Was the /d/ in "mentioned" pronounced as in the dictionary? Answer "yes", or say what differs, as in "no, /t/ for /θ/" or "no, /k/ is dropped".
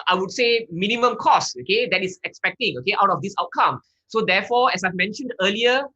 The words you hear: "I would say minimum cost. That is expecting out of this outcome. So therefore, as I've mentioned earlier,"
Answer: yes